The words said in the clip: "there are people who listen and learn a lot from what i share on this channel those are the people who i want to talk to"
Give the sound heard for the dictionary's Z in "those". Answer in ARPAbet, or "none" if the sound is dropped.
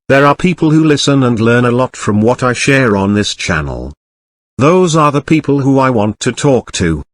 Z